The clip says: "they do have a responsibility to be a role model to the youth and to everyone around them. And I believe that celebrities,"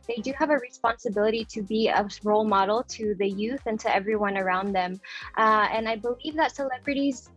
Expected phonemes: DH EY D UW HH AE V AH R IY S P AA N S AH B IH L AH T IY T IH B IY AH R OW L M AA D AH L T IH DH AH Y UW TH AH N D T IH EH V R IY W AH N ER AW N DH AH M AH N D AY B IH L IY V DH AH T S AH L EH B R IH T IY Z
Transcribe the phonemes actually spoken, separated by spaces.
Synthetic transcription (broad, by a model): DH EY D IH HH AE V AH R IY S P AA N S AH B IH L AH T IY T IH B IY AH R OW L M AA D L T IH DH AH Y UW TH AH N T IH EH V R IY W AH N ER AW N DH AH M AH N AY B IH L IY V DH AH T S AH L EH B R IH T IY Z